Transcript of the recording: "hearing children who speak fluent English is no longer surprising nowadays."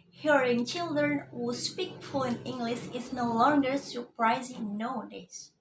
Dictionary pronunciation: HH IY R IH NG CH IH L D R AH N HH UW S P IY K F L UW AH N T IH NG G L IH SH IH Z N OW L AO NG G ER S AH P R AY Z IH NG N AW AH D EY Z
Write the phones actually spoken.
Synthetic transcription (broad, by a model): HH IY R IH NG CH IH L D R AH N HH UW S P IY K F UW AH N IH NG G L IH SH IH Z N OW L AO NG G ER S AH P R AY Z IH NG N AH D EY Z